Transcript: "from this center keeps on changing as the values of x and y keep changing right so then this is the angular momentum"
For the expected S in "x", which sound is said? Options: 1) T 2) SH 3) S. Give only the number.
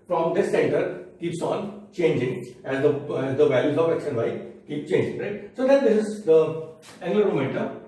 2